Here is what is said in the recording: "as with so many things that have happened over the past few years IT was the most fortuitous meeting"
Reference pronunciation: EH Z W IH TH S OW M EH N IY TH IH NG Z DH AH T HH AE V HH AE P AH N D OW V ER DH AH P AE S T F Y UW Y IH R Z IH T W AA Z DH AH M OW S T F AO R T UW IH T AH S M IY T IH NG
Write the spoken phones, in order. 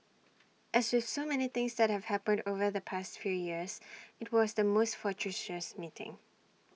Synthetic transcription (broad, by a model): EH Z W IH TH S OW M EH N IY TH IH NG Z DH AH T HH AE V HH AE P AH N D OW V ER DH AH P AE S T F Y UW Y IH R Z IH T W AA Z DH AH M OW S T F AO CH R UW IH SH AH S M IY T IH NG